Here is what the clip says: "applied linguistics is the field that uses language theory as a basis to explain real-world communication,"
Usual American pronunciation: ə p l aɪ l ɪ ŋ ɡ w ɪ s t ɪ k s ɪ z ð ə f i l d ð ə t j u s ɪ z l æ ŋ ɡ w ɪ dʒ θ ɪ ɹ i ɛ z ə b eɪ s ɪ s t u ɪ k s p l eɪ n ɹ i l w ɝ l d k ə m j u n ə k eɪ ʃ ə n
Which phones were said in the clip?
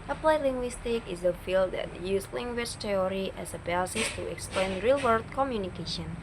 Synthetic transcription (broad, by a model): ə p l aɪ l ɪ ŋ ɡ w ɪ s t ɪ k ɪ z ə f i l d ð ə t j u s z l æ ŋ ɡ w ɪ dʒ t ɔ ɹ i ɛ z ə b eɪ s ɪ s t u ɪ k s p l eɪ n ɹ i l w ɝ d k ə m j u n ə k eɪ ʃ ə n